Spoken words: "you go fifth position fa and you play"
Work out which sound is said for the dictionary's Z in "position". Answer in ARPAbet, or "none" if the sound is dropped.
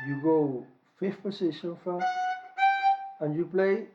S